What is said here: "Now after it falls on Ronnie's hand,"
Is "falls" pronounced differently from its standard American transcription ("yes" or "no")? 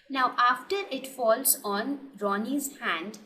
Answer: no